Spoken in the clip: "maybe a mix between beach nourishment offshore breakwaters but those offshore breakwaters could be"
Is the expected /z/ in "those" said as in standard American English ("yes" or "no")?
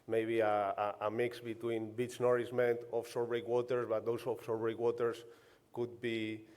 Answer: no